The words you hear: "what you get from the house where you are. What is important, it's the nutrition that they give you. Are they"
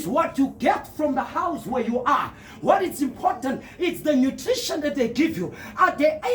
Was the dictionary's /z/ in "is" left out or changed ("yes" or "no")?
yes